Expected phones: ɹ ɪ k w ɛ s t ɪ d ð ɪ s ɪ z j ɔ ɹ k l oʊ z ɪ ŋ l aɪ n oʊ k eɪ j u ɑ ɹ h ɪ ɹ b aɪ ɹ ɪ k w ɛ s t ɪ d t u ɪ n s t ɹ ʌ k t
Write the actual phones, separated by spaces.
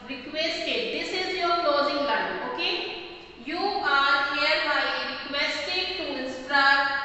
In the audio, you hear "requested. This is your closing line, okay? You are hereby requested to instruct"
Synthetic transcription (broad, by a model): ɹ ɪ k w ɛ s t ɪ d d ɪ s ɪ z j ɔ ɹ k l oʊ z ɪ ŋ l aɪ oʊ k eɪ j u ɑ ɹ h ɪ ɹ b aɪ ɹ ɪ k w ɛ s t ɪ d t u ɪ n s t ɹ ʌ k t